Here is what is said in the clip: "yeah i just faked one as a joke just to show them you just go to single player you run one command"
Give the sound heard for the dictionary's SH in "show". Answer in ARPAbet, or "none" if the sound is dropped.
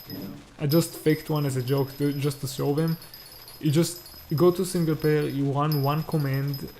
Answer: S